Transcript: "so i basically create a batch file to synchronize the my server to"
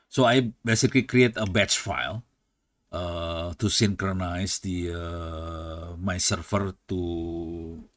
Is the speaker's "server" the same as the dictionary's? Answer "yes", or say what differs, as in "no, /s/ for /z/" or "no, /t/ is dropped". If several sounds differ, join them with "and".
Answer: no, /f/ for /v/